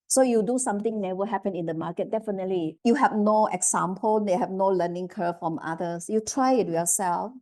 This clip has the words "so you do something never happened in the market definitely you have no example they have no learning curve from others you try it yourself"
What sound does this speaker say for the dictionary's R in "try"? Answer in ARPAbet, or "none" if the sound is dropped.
R